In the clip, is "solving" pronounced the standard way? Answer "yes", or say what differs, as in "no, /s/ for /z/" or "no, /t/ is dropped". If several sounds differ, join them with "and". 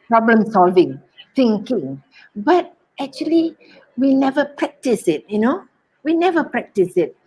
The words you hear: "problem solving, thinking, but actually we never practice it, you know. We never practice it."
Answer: yes